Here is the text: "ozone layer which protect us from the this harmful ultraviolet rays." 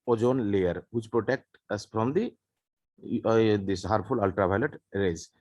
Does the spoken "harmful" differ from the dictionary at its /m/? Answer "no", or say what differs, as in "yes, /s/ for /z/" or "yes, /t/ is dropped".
yes, /m/ is dropped